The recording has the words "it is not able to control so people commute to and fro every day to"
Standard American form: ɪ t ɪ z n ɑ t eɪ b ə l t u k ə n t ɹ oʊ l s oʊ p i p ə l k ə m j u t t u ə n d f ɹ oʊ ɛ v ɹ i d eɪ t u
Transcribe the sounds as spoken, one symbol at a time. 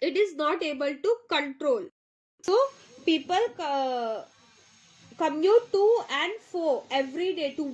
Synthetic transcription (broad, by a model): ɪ t ɪ z n ɑ t eɪ b ə l t u k ə n t ɹ oʊ l s oʊ p i p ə l k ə m j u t t u ə n d f oʊ ɛ v ɹ i d eɪ t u